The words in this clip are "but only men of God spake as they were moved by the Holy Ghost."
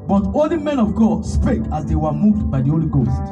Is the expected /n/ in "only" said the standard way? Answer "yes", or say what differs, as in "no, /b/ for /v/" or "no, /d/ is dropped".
no, /n/ is dropped